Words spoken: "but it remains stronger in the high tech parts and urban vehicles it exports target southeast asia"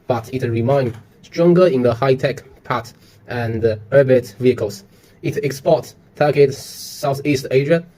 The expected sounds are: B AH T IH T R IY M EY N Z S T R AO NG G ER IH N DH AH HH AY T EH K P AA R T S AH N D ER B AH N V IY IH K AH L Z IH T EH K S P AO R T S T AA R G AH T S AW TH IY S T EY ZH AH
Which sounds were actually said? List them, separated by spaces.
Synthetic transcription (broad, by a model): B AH T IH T R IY M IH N S T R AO NG G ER IH N DH AH HH AY T EH K P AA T T AH N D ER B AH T V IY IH K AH L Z IH T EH K S P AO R T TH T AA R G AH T S AW TH IY S T EY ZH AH